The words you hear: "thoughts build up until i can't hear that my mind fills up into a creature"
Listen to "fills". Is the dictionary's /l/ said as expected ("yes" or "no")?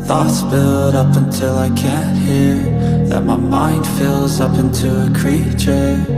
yes